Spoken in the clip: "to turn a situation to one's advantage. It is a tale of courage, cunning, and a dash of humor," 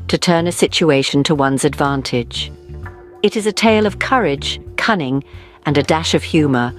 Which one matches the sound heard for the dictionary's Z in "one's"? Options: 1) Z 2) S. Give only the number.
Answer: 1